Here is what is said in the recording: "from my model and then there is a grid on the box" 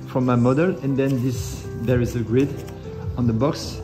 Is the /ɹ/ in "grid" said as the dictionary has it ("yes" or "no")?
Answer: yes